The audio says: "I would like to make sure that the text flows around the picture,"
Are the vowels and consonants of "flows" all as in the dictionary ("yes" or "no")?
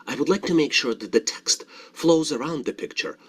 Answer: yes